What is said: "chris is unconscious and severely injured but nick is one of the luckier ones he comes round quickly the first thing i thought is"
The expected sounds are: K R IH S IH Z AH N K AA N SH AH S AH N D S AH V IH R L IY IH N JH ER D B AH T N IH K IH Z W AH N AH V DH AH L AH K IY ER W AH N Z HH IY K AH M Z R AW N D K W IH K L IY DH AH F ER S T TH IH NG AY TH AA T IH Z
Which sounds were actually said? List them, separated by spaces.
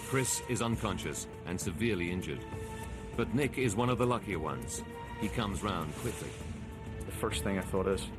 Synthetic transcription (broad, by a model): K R IH S IH Z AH N K AA N SH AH S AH N S AH V IH R L IY IH N JH ER D B AH T N IH K IH Z W AH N AH V DH AH L AH K IY ER W AH N Z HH IY K AH M Z R AW N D K W IH K L IY DH AH F ER S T TH IH NG AY TH AA T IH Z